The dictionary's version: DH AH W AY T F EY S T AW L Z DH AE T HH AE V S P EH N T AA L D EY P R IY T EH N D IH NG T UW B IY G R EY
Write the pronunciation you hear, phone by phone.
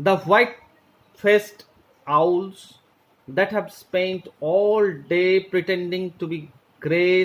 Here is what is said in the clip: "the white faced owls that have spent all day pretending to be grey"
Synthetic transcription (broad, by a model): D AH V AY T F EY S T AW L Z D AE T HH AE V S P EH N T AA L D EY P R IY T EH N D IH NG T UW B IY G R EY